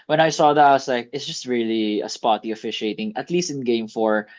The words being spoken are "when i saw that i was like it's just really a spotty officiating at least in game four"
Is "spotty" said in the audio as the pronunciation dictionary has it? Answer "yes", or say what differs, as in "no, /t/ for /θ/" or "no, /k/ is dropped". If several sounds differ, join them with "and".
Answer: yes